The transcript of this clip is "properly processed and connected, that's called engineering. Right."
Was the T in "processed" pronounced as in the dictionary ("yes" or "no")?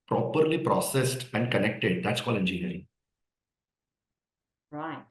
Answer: yes